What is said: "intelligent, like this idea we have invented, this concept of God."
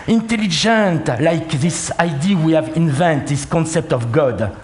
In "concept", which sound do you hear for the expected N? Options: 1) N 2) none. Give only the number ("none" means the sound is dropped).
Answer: 1